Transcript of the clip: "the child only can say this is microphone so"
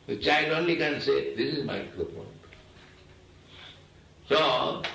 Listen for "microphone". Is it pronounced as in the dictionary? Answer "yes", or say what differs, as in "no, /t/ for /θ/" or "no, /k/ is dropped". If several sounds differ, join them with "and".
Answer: no, /ɹ/ is dropped and /p/ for /f/